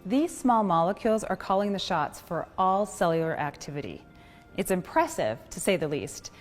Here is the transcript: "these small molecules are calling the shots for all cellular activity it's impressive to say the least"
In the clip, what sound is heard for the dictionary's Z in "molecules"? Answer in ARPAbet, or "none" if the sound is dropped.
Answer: Z